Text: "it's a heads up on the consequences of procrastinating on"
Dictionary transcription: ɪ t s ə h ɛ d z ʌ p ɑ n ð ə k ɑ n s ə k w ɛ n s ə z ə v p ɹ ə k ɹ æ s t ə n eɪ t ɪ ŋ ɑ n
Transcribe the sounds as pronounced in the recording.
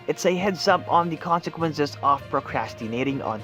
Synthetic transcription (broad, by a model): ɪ t s ə h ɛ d s ʌ p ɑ n ð ə k ɑ n s ə k w ɛ n s ə z ə v p ɹ ə k ɹ æ s t ə n eɪ t ɪ ŋ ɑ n